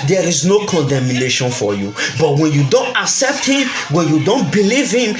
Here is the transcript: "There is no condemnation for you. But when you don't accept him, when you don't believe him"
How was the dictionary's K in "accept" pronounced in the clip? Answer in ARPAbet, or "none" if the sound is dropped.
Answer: K